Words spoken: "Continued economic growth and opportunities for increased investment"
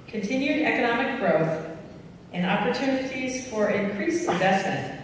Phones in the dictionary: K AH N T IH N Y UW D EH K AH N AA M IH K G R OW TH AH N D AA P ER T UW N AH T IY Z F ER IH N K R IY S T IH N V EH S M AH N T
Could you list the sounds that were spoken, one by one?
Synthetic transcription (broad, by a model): K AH N T IH N Y UW D EH K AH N AA M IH K G R OW TH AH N AA P ER T UW N AH T IY Z F ER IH N K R IY S IH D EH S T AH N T